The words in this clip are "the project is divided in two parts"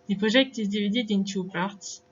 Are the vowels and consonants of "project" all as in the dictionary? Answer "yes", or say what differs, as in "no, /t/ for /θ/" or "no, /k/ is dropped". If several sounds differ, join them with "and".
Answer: no, /ʒ/ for /dʒ/